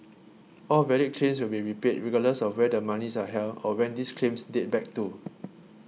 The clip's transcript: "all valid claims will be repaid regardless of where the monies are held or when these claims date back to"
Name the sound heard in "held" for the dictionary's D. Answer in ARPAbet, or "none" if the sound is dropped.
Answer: none